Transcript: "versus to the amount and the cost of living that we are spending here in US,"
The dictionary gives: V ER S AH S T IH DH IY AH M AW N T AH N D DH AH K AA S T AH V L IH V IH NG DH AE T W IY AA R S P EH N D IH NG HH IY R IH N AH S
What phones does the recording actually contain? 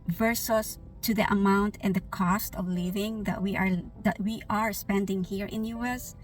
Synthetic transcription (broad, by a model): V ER S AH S T IH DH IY AH M AW N T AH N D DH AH K AA S T AH V L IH V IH NG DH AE T W IY AA R S P EH N D IH NG HH IY R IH N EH S